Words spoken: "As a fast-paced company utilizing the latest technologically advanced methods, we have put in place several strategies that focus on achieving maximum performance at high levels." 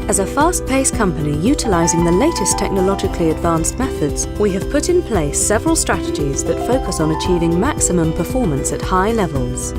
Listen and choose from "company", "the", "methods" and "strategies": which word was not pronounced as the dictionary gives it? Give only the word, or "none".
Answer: none